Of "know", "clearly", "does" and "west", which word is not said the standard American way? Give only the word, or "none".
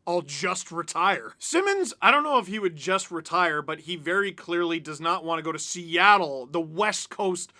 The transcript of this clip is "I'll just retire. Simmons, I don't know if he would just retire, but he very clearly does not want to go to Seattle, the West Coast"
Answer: none